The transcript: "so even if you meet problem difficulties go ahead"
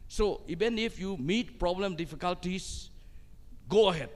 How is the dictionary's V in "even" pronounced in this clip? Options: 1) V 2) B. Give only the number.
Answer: 2